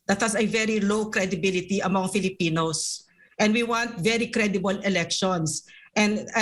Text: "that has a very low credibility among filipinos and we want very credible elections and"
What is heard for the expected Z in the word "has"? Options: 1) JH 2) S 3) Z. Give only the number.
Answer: 2